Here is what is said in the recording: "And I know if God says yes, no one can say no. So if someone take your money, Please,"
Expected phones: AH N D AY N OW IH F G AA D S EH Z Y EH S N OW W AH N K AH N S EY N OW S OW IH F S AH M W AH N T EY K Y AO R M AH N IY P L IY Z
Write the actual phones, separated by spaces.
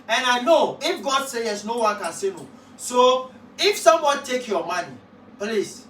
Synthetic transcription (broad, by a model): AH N AY N OW IH F G AA D S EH Y EH S N OW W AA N K AH N S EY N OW S OW IH F S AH M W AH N T EY K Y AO M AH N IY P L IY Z